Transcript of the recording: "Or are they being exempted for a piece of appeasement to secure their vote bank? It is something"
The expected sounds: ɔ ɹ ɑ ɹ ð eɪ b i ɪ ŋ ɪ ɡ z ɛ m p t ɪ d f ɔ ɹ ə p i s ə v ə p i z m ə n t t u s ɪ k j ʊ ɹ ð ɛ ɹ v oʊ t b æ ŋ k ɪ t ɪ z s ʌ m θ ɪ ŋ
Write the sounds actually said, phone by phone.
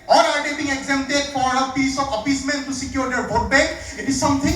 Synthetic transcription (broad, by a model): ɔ ɹ ɑ ɹ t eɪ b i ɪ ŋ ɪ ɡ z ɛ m t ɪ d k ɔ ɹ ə p i s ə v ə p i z m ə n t t u s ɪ k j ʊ ɹ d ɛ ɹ b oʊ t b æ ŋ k ɪ t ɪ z s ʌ m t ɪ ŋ